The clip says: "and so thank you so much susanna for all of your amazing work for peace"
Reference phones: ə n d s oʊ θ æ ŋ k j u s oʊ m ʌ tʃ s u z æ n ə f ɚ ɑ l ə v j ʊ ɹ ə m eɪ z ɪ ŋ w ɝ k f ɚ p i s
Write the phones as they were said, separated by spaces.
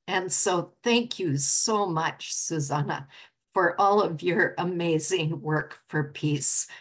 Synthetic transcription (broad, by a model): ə n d s oʊ θ æ ŋ k j u s oʊ m ʌ tʃ s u z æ n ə f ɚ ɑ l ə v j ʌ ɹ ə m eɪ z ɪ ŋ w ɝ k f ɚ p i s